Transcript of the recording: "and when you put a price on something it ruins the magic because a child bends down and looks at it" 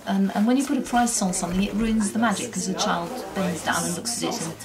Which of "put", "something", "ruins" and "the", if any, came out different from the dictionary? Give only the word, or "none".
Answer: none